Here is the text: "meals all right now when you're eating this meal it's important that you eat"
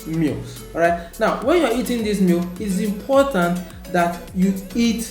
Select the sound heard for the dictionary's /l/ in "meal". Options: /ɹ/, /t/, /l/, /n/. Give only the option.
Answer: /l/